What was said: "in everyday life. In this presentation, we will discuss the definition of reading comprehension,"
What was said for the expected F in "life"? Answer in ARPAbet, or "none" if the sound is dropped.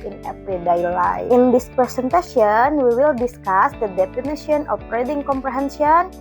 none